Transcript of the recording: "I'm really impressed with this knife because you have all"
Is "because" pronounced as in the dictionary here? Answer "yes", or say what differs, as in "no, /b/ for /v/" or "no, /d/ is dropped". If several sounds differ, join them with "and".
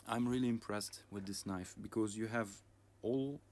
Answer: yes